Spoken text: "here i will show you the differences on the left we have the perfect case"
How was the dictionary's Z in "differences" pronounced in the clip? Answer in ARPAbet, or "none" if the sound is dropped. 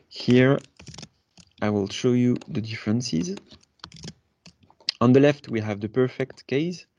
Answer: Z